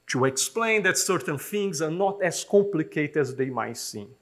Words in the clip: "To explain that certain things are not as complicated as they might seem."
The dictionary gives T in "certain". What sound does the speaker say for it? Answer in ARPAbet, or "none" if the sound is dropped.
T